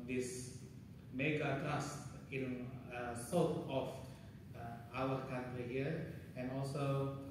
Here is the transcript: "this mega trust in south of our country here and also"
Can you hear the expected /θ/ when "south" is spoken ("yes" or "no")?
no